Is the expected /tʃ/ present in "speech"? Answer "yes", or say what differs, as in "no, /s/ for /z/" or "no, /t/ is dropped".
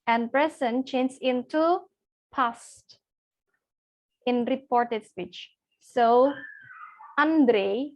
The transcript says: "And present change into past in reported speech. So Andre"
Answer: yes